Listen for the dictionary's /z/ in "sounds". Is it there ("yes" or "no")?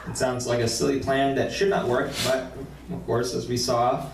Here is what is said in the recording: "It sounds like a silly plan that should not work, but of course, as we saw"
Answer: yes